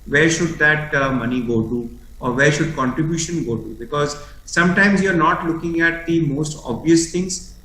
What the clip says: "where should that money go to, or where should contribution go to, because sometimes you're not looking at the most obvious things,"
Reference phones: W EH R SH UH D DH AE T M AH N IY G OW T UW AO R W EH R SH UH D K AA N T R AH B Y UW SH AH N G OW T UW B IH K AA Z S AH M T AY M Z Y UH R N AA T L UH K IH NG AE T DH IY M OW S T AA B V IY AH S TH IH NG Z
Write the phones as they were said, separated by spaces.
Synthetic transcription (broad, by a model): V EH R SH UH D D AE T M AH N IY G OW T UW AO R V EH R SH UH D K AA N T R AH B Y UW SH AH N G OW T UW B IH K AA Z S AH M T AY M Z Y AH R N AA T L UH K IH NG AE T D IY M OW S T AA B V IY AH S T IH NG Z